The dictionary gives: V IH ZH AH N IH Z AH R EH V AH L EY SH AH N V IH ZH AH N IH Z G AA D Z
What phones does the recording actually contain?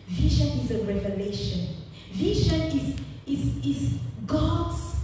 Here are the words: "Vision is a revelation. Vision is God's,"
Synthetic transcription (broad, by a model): V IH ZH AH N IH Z AH R EH V AH L EY SH AH N V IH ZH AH N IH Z G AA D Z